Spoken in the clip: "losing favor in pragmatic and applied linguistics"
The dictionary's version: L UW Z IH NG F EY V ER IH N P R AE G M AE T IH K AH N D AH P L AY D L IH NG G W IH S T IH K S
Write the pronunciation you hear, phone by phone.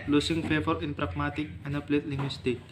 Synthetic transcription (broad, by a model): L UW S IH NG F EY F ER IH N P R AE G M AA T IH K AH N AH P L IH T L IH NG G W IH S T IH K